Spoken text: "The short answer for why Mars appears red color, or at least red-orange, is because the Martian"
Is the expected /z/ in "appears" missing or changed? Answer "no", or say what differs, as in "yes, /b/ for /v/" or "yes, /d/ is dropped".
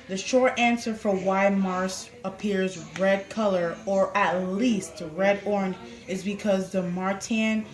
no